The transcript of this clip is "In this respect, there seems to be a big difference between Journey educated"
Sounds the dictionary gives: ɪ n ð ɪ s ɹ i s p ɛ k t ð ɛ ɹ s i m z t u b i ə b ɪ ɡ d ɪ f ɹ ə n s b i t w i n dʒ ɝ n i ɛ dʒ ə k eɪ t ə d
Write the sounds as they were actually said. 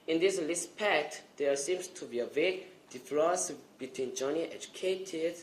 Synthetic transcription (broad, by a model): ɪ n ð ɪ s l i s p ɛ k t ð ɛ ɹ s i m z t u b i ə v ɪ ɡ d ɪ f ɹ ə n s b i t w i n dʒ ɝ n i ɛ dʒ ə k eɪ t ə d